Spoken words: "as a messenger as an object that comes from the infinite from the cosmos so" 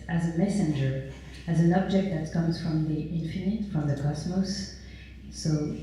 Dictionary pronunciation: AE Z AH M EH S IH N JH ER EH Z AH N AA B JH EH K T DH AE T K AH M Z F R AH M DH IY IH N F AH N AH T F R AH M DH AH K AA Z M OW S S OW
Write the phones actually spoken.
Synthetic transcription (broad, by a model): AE Z AH M EH S IH N JH ER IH Z AH N AA B JH EH K T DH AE T K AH M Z F R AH M DH IY IH N F AH N AH T F R AH M DH AH K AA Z M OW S S OW